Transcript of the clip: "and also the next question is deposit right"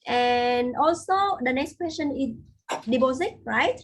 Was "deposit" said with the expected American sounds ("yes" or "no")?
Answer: no